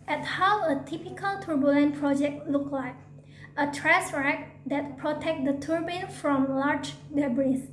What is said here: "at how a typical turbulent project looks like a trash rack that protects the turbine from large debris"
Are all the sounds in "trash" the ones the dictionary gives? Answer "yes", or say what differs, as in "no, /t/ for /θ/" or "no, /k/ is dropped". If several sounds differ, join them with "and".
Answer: no, /s/ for /ʃ/